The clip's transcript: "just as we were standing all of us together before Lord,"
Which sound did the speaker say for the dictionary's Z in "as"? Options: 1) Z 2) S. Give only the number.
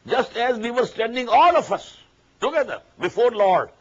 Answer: 1